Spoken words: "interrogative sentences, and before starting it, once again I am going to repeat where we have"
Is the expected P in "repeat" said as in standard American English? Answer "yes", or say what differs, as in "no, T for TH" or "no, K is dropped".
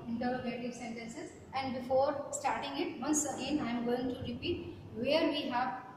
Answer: yes